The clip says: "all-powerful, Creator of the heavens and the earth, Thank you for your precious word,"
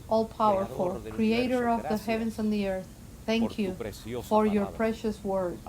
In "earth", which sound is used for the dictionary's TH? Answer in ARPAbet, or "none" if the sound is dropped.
TH